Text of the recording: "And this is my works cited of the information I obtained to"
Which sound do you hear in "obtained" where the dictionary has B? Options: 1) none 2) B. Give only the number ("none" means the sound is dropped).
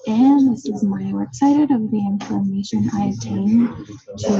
1